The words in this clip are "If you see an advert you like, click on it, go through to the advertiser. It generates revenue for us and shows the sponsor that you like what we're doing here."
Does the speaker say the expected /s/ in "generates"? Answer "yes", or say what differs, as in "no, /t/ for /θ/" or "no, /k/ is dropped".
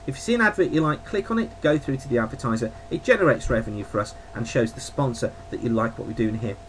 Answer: yes